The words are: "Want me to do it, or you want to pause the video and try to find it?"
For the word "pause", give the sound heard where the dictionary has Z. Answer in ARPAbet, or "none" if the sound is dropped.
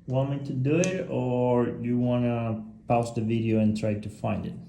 S